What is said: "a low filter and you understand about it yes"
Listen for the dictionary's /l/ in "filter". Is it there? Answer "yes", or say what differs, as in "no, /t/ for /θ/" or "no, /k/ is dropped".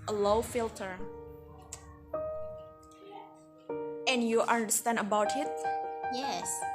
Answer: yes